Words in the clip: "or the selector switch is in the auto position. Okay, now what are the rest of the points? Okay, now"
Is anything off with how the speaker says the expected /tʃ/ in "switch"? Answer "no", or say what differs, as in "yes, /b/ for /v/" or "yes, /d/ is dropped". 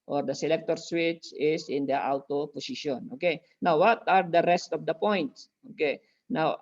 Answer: no